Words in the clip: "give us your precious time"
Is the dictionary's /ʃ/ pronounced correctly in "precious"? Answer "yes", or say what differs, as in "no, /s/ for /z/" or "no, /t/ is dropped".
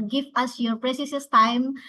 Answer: no, /s/ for /ʃ/